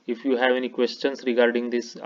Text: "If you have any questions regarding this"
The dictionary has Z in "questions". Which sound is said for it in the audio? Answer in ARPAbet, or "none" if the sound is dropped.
S